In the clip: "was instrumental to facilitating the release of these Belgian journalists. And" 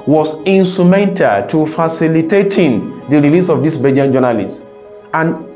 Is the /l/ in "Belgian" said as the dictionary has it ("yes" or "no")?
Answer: no